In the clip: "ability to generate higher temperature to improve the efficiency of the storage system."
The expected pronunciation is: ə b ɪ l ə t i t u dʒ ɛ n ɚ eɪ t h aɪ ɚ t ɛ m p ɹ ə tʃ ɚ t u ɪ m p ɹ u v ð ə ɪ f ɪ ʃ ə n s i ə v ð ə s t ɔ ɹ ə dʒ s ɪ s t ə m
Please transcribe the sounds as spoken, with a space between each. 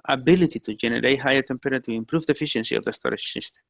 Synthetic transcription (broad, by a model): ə b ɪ l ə t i t u dʒ ɛ n ɚ eɪ t h aɪ ɚ t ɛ m p ə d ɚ t u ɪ m p ɹ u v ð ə f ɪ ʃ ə n s i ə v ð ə s t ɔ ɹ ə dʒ s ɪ s t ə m